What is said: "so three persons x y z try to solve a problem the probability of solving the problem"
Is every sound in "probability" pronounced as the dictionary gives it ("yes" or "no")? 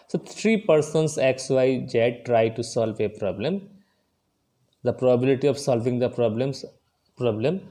yes